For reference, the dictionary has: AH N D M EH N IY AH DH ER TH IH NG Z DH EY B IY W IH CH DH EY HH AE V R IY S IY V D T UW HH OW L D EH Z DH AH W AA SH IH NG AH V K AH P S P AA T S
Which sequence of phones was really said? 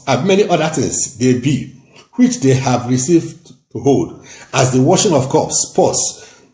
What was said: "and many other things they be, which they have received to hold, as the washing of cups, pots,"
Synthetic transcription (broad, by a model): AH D M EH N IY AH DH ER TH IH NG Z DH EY B IY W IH CH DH EY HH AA V R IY S IY V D T UW HH OW L D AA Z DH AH W AA SH IH NG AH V K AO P S P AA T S